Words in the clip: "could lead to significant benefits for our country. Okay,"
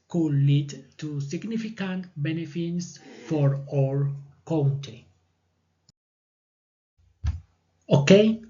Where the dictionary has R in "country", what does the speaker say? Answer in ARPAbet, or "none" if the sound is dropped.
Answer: none